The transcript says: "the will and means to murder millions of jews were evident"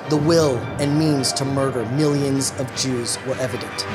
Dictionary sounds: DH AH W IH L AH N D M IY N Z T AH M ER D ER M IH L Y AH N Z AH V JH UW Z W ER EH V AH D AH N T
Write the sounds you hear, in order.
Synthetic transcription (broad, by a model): DH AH W IH L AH N M IY N Z T AH M ER D ER M IH L Y AH N Z AH V JH UW Z W ER EH V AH D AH N T